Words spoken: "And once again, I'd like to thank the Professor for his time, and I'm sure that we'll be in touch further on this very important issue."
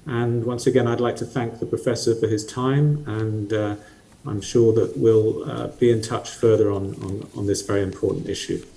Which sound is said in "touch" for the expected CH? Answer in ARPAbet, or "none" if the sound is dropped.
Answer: CH